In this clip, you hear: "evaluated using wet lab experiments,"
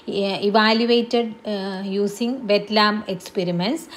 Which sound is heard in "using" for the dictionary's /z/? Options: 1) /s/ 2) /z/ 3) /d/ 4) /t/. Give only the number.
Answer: 1